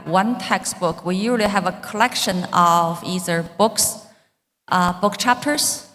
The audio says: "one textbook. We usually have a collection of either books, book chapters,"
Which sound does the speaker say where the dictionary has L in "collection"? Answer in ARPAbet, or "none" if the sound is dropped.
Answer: L